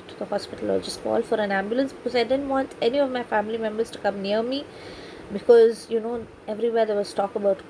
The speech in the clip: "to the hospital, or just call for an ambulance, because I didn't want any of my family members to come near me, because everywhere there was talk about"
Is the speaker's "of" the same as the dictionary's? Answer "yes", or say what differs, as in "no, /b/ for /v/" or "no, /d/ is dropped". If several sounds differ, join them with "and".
yes